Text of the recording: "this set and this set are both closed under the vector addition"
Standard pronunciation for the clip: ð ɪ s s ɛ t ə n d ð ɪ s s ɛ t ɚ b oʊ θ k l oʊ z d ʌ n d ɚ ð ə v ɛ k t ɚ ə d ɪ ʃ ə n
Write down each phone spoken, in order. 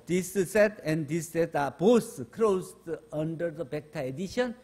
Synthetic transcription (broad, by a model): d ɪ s s ɛ t ə n d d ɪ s s ɛ t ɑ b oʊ s k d oʊ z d ʌ n d ɚ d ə b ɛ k t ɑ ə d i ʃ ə n